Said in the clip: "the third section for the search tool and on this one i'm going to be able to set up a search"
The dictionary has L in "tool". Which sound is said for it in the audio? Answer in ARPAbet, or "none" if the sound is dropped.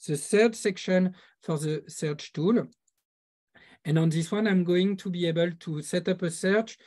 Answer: L